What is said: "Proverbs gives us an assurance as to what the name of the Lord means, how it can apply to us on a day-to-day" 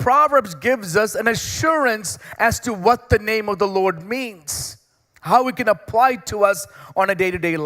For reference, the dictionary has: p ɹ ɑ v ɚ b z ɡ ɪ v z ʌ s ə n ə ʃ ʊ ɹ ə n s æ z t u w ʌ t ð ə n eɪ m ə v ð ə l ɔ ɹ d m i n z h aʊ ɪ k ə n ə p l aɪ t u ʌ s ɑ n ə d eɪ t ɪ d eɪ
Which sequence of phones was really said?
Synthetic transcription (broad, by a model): p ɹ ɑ v ɚ b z ɡ ɪ v z ʌ s ə n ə ʃ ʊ ɹ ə n s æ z t u w ʌ t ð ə n eɪ m ə v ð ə l ɔ ɹ d m i n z h aʊ ɪ k ə n ə p l aɪ t u ʌ s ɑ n ə d eɪ t ɪ d eɪ